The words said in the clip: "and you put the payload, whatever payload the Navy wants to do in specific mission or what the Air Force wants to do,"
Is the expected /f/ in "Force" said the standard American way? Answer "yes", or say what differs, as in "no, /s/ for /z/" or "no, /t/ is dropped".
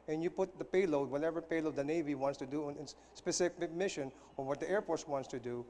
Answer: no, /p/ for /f/